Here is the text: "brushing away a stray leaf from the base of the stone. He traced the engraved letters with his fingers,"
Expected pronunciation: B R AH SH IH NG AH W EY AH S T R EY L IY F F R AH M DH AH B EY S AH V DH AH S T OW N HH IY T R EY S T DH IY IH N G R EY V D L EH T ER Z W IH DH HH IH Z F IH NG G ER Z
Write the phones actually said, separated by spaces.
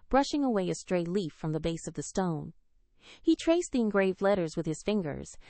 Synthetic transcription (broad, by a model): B R AH SH IH NG AH W EY AH S T R EY L IY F F R AH M DH AH B EY S AH V DH AH S T OW N HH IY T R EY S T DH IY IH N G R EY V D L EH T ER Z W IH DH IH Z F IH NG G ER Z